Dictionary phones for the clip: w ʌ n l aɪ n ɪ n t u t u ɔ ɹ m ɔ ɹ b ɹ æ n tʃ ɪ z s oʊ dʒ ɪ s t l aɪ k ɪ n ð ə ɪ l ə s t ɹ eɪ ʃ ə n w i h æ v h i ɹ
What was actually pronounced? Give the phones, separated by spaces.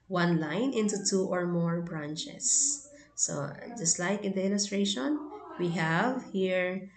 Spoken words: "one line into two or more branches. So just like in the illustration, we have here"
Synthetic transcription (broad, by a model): w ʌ n l aɪ n ɪ n t u t u ɔ ɹ m ɔ ɹ b ɹ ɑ n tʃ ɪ s oʊ dʒ ɪ s t l aɪ k ɪ n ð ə ɪ l ə s t ɹ eɪ ʃ ə n w i h æ v h i ɹ